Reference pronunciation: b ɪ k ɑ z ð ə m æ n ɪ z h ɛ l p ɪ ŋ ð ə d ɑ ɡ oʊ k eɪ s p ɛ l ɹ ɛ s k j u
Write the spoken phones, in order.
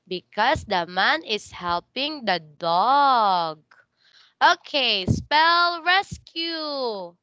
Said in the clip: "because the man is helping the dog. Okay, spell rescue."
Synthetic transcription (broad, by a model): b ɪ k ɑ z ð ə m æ n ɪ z h ɛ l p ɪ ŋ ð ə d ɑ ɡ oʊ k eɪ s p ɛ l ɹ ɛ s k j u